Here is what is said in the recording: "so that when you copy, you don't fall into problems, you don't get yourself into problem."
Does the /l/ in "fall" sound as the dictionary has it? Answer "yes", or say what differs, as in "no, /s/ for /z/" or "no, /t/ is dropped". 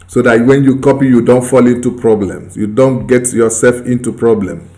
yes